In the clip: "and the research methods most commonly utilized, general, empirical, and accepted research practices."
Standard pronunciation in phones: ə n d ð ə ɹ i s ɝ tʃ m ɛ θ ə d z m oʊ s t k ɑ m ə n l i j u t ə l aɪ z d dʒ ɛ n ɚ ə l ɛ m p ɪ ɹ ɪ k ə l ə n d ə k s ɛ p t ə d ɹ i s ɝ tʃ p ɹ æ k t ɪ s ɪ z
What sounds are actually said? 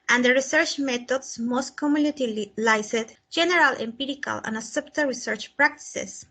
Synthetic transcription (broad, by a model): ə n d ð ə ɹ i s ɝ tʃ m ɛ t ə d s m oʊ s t k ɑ m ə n i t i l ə l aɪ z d dʒ ɛ n ɚ ə l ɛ m p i ɹ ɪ k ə l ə n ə s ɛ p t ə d ɹ i s ɝ tʃ p ɹ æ k t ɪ s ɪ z